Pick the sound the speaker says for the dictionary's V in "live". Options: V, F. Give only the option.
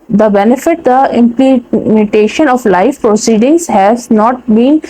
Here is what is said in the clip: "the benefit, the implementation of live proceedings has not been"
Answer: F